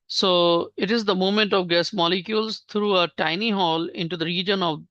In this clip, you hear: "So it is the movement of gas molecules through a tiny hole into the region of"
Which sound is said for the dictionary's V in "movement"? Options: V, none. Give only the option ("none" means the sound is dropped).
none